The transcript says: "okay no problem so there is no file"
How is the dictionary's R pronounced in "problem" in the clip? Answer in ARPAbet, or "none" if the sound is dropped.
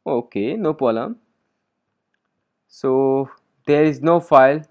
none